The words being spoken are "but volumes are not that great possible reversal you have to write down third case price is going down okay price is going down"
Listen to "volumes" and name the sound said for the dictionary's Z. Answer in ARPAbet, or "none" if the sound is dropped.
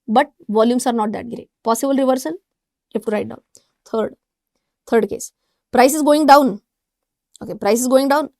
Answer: S